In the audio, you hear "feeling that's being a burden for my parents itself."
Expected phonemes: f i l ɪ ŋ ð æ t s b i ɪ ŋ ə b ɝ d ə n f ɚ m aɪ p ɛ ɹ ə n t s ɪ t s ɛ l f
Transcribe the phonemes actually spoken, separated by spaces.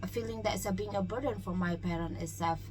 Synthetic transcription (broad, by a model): f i l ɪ ŋ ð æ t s b i ɪ ŋ ə b ɝ d ə n f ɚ m aɪ p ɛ ɹ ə n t ɪ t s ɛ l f